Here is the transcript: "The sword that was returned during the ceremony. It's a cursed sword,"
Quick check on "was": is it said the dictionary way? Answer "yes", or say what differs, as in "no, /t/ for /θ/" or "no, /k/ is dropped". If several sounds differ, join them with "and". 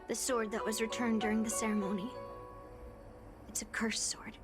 yes